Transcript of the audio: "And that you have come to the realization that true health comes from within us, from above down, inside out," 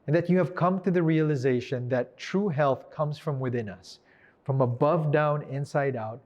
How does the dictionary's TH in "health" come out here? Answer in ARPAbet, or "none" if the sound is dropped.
TH